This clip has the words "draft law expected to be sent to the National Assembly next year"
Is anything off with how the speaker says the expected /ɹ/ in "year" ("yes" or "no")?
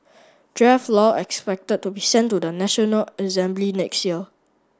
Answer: yes